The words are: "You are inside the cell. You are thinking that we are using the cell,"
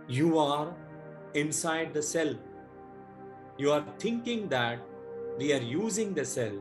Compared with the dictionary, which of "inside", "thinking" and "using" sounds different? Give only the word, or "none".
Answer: thinking